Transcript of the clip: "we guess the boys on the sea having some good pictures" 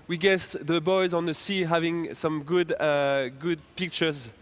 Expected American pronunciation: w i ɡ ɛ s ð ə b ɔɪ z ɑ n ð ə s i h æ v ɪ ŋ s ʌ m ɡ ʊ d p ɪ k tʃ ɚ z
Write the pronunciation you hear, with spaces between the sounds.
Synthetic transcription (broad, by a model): w i ɡ ɛ s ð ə b ɔɪ z ɑ n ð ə s i h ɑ v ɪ ŋ s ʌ m ɡ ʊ d p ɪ k tʃ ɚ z